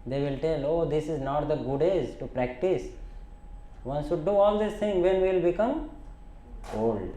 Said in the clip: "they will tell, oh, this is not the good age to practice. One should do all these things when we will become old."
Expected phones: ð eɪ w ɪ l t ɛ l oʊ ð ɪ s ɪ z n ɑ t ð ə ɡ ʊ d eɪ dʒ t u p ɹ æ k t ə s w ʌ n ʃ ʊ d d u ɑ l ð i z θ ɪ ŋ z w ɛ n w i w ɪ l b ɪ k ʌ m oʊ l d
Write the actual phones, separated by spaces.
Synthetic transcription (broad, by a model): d eɪ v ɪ l t ɛ l oʊ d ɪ s ɪ z n ɑ t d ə ɡ ʊ d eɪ z t u p ɹ æ k t ə s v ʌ n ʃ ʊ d d u ɑ l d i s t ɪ ŋ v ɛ n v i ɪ l b ɪ k ʌ m oʊ l d